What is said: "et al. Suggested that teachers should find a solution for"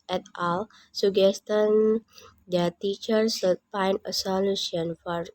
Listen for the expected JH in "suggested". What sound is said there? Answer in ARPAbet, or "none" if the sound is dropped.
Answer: none